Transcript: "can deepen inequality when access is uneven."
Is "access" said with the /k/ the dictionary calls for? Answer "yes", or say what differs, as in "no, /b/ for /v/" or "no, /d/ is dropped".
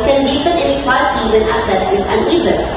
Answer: no, /k/ is dropped